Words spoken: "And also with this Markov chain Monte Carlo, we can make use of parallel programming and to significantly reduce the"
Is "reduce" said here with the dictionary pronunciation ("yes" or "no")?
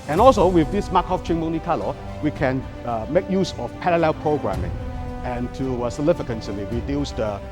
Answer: no